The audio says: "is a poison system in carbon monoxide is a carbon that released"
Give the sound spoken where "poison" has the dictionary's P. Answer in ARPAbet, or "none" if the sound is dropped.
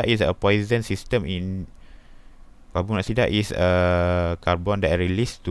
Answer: P